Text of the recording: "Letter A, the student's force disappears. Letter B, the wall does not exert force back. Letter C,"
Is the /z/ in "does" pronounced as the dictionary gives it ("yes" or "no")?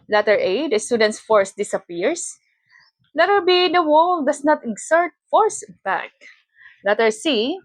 no